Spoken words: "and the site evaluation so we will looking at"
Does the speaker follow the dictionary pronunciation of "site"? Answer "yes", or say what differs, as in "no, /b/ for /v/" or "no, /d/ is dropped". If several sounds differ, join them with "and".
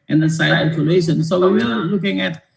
no, /t/ is dropped